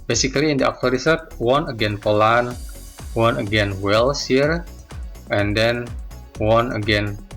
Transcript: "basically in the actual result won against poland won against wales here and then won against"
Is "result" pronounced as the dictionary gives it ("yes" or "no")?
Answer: no